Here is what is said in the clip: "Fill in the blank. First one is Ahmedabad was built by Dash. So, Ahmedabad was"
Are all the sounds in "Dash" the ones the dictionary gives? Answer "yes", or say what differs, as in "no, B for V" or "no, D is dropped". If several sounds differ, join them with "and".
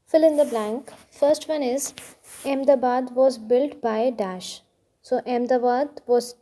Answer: yes